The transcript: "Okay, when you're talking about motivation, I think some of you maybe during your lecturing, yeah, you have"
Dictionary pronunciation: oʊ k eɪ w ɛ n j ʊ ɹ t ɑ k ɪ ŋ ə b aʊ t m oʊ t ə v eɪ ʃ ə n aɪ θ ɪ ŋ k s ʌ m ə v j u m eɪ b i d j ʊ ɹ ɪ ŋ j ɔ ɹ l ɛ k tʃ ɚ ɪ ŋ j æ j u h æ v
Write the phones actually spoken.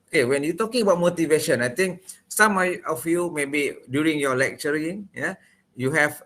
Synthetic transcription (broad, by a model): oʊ k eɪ w ɛ n j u t ɑ k ɪ ŋ ə b aʊ t m oʊ t ə v eɪ ʃ ə n aɪ t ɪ ŋ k s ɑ m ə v j u m eɪ b i d j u ɹ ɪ ŋ j ɔ l ɛ k tʃ ɚ ɪ ŋ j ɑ j u h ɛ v